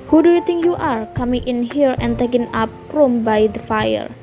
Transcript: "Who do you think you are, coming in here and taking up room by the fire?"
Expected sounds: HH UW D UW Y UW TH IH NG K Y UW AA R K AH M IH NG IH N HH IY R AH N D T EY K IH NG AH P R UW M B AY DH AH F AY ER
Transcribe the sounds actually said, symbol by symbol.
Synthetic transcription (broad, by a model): HH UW D UW Y UW T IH NG K Y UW AA R K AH M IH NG IH N HH IY R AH N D T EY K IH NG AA P R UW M B AY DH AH F AY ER